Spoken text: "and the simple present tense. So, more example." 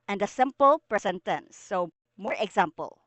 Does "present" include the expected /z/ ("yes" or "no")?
no